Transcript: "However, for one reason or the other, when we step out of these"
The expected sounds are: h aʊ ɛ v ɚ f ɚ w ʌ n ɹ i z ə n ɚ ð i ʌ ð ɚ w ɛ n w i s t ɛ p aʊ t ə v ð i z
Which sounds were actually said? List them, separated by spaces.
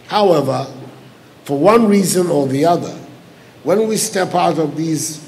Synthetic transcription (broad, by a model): h aʊ ɛ v ɚ f ɚ w ʌ n ɹ i z ə n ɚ ð i ʌ ð ɚ w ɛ n w i s t ɛ p aʊ t ə v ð i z